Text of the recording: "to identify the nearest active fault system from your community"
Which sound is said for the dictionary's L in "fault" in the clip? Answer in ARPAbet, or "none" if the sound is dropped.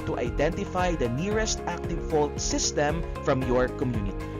L